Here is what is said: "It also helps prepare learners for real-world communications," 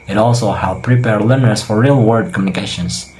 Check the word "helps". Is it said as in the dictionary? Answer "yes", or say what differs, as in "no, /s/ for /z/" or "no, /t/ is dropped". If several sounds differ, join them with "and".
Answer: no, /s/ is dropped